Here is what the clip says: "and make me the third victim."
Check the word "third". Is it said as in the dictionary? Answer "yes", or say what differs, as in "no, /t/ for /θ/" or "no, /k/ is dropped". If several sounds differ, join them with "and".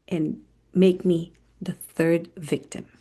yes